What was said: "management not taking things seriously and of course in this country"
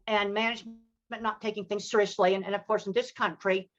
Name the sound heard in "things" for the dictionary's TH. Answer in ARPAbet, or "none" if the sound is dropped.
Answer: TH